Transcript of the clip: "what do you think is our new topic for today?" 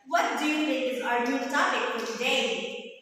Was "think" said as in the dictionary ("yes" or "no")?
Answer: no